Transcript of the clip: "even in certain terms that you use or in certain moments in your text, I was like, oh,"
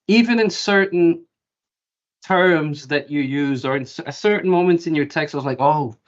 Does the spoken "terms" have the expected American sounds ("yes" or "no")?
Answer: yes